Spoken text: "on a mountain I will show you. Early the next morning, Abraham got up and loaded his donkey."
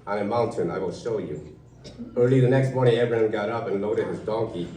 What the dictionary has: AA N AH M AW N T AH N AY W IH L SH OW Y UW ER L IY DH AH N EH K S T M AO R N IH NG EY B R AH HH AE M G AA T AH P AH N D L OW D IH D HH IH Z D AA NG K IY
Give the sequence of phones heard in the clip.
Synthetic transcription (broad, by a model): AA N AH M AW N T AH N AY W IH L SH OW Y UW ER L IY DH AH N EH K S T M AO R N IH NG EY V R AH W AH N G AA T AH P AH N L OW D IH D HH IH Z D AA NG K IY